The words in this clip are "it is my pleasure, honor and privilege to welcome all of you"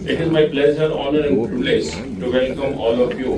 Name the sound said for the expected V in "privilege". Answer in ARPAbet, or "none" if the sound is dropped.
none